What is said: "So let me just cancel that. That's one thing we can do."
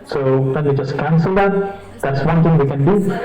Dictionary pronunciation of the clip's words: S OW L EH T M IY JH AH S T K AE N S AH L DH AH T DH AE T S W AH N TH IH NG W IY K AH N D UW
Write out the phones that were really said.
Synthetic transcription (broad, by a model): S OW W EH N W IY JH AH S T K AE N S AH L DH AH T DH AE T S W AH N T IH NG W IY K AH N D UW